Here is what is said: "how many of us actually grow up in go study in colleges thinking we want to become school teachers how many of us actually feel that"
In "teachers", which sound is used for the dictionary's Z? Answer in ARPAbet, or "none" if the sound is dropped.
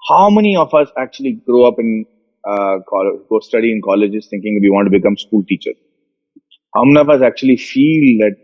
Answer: none